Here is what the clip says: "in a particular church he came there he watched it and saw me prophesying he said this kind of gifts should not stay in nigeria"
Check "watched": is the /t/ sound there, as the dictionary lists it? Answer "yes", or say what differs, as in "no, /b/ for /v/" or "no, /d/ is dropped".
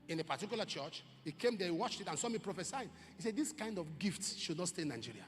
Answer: yes